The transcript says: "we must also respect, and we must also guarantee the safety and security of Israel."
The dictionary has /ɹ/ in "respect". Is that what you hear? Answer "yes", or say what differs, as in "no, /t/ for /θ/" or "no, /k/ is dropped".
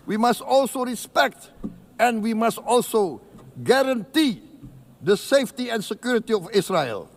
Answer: yes